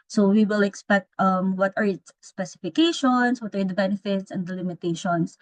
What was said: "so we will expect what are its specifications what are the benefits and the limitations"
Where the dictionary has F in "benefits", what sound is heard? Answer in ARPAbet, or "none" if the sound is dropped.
F